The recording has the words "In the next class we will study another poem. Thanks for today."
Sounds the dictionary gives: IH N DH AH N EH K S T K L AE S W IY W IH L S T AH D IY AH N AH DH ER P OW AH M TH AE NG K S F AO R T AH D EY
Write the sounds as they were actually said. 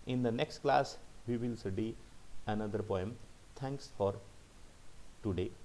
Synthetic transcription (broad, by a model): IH N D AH N EH K S T K L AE S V IY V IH L S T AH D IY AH N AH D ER P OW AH M T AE NG K S F AO R T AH D EY